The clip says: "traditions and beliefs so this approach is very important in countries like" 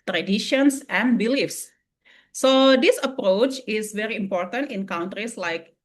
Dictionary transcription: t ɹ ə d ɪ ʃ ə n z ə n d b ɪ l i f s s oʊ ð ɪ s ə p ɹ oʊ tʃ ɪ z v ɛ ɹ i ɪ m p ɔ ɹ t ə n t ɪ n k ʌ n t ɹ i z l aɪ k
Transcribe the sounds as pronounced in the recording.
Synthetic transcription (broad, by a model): t ɹ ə d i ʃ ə n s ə n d b ɪ l i f s s oʊ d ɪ s ə p ɹ oʊ tʃ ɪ s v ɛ ɹ i ɪ m p ɔ ɹ t ə n t ɪ n k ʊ n t ɹ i s l aɪ k